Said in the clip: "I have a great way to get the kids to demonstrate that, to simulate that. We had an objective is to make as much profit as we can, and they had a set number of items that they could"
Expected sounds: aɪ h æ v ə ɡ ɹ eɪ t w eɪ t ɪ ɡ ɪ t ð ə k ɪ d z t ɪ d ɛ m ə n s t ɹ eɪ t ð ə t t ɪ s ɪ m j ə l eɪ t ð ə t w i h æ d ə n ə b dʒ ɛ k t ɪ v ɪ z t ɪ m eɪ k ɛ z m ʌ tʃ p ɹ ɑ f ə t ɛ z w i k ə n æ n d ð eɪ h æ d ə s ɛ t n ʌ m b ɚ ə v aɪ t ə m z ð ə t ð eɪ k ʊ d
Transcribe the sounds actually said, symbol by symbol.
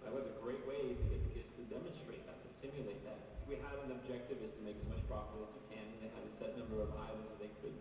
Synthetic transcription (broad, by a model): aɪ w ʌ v ə ɡ ɹ eɪ t w eɪ ɪ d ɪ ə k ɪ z t ɪ d ɛ m ə n s t ɹ eɪ t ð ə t t ɪ s ɪ m j ə l eɪ t ð ə t w i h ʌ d ə n ə b dʒ ɛ k t ɪ v ɪ z t ɪ m eɪ k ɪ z m ʌ tʃ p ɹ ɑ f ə ʌ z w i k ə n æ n ð eɪ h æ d ə s ɛ t n ʌ m b ɚ ə v aɪ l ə z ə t ð eɪ k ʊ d